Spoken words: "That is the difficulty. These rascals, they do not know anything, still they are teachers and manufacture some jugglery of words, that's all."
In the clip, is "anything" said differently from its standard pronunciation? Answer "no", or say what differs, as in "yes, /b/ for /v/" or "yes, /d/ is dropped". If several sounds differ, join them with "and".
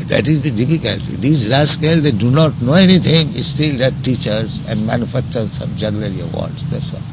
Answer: yes, /t/ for /θ/